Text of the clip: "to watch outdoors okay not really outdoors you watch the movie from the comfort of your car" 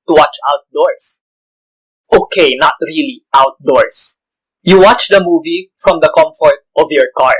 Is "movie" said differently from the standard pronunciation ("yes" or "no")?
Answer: no